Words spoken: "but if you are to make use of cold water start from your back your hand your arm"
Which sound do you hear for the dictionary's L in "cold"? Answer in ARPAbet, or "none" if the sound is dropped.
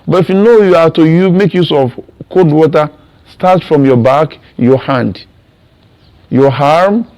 none